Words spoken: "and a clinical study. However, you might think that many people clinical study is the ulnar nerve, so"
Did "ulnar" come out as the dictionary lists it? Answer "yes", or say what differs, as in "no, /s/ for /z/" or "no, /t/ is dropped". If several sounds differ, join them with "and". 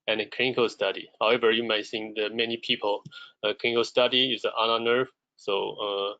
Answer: no, /l/ is dropped